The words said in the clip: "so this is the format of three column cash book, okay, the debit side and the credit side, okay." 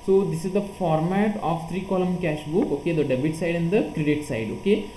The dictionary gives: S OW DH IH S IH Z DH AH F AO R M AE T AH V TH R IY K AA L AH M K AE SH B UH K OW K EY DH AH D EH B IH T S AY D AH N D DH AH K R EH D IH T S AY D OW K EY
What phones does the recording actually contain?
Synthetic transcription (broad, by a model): S OW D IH S IH Z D AH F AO R M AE T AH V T R IY K AA L AH M K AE SH B UH K OW K EY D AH D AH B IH T S AY D AH N D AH K R EH D IH T S AY D OW K EY